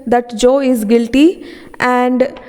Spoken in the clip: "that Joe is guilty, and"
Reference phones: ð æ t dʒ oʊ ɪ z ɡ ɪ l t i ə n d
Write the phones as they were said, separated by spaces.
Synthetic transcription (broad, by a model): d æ t dʒ oʊ ɪ z ɡ ɪ l t i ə n d